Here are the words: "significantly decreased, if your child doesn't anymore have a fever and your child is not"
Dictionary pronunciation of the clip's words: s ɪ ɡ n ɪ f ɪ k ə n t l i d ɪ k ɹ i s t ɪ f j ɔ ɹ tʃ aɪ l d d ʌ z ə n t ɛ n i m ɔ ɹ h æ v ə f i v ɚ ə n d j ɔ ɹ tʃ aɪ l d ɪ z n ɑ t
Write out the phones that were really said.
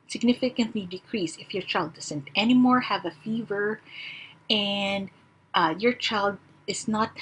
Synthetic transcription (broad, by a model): s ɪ ɡ n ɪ f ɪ k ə n t l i d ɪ k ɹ i s ɪ f j ɔ ɹ tʃ aɪ l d d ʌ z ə n t ɛ n i m ɔ ɹ h æ v ə f i v ɚ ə n d j ɔ ɹ tʃ aɪ l d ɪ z n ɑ t